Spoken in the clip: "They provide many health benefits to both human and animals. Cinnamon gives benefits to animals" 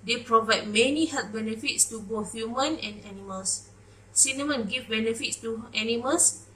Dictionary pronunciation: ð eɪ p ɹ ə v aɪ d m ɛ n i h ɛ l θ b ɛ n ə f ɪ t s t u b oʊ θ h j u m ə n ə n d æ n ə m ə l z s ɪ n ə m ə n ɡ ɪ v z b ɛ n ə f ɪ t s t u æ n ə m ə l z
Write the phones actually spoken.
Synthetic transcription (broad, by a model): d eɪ p ɹ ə v aɪ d m ɛ n i h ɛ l t b ɛ n ə f ɪ t s t u b oʊ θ h j u m ə n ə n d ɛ n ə m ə l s s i n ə m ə n ɡ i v b ɛ n ə f ɪ t s t u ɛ n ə m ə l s